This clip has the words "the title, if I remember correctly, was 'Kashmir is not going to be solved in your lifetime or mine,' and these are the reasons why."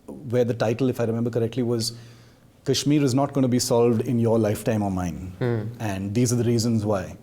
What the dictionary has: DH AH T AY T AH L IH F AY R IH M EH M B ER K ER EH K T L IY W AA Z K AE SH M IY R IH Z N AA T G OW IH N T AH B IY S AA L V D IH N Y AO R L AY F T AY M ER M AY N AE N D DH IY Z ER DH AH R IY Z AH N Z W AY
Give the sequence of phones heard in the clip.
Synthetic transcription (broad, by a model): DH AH T AY T AH L IH F AY R IH M EH M B ER K ER EH K T L IY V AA Z K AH SH M IY R IH Z N AA T G OW IH N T B IY S AA L V D IH N Y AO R L AY F T AY M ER M AY N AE N D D IY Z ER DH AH R IY Z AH N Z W AY